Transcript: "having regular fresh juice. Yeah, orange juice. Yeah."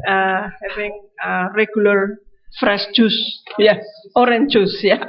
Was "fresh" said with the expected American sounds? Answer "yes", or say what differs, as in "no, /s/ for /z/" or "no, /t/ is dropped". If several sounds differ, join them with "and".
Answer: no, /s/ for /ʃ/